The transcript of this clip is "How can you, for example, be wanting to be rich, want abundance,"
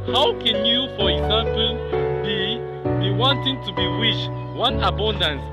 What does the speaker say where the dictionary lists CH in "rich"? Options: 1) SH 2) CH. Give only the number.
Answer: 1